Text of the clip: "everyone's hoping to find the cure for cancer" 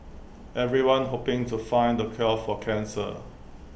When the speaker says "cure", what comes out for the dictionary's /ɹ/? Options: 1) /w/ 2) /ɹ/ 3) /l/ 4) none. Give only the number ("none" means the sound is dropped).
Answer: 3